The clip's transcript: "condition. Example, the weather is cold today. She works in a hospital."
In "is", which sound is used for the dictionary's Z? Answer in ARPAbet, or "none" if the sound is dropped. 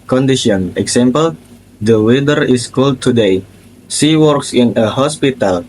S